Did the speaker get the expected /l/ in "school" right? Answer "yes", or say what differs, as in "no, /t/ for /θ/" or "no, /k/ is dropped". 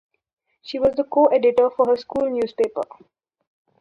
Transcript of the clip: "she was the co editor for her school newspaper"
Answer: yes